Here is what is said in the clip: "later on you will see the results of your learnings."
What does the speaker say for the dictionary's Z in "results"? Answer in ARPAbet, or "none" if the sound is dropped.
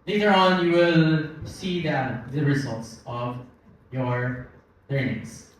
Z